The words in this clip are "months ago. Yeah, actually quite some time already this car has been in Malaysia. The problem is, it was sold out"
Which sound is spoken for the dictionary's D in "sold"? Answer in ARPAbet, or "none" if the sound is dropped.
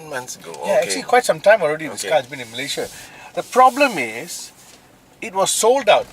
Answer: D